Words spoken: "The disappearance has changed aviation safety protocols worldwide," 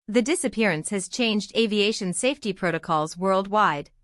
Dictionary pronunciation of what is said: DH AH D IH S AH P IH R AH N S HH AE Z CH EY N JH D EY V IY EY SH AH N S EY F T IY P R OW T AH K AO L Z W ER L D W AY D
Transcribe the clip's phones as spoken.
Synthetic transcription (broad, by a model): DH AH D IH S AH P IH R AH N S HH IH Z CH EY N JH D EY V IY EY SH AH N S EY F T IY P R OW T AH K AO L Z W ER L D W AY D